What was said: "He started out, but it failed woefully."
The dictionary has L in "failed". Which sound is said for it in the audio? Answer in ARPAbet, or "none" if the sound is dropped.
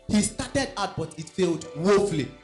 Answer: L